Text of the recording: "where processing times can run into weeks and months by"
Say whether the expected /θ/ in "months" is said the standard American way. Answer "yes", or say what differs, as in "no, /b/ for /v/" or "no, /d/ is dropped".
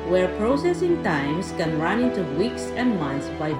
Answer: no, /t/ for /θ/